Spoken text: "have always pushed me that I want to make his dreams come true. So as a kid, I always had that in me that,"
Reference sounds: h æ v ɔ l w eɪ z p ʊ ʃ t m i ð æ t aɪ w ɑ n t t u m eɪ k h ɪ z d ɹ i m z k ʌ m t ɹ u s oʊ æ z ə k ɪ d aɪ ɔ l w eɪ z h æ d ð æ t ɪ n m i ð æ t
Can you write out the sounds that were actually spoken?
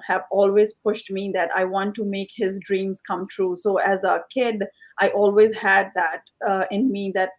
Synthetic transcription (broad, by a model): h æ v ɔ l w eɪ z p ʊ ʃ t m i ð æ t aɪ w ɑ n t t u m eɪ k h ɪ z d ɹ i m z k ʌ m t ɹ u s oʊ æ z ə k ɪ d aɪ ɔ l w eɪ z h æ d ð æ t ɪ n m i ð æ t